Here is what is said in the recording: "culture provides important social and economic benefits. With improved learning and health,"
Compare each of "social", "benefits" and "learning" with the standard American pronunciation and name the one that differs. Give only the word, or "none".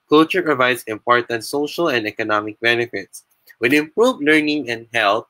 none